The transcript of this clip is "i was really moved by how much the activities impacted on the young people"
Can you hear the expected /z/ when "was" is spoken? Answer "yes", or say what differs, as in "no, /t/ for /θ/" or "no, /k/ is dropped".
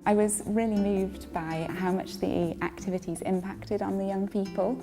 yes